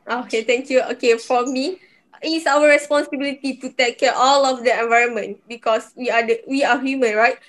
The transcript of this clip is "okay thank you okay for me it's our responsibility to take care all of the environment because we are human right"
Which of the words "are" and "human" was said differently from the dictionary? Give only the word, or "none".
are